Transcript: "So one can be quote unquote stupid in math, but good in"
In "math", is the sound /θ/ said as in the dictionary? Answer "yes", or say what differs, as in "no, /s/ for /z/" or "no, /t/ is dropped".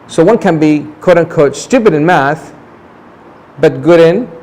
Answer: yes